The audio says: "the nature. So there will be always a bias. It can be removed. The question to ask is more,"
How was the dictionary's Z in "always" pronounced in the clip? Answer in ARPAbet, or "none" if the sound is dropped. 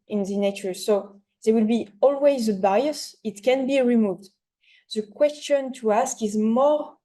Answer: Z